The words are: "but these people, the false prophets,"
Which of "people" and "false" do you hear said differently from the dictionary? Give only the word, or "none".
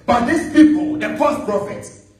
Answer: false